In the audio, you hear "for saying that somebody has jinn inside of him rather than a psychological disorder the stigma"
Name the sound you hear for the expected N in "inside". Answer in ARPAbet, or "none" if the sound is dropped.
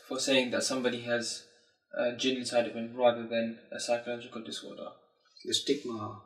none